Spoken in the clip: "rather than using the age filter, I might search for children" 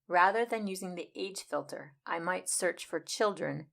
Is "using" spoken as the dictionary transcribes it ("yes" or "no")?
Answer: yes